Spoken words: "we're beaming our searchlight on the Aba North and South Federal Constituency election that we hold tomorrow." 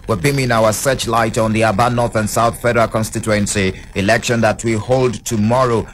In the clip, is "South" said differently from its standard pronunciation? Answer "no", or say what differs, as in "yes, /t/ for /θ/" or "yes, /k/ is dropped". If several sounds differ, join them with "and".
no